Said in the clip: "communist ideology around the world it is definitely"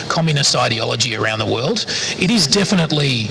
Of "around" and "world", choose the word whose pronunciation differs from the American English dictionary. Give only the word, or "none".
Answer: none